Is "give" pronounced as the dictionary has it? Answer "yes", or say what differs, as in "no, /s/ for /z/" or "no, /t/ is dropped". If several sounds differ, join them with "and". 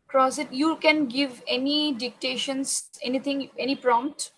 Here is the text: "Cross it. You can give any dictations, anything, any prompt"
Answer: yes